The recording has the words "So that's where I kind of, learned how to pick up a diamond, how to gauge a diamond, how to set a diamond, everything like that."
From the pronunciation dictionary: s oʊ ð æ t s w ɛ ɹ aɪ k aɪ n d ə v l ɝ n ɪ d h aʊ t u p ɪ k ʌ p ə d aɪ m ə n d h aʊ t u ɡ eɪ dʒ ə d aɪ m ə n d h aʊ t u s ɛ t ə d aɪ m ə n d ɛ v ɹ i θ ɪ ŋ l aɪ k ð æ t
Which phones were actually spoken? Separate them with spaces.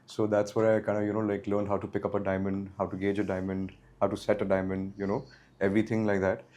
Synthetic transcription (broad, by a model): s oʊ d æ t s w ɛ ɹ aɪ k aɪ n d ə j l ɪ l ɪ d h aʊ t u p ɪ k ʌ p ə d aɪ m ə n d h aʊ t u ɡ eɪ dʒ ə d aɪ m ə n d h aʊ t u s ɛ t ə d aɪ m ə n d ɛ v ɹ i t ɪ ŋ l aɪ k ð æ t